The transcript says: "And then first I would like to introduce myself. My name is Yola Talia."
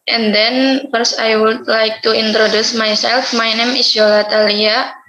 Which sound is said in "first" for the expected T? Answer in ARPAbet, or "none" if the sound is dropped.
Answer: none